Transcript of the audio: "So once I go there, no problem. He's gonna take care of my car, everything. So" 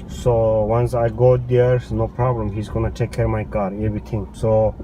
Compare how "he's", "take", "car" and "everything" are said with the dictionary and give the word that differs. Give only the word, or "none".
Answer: everything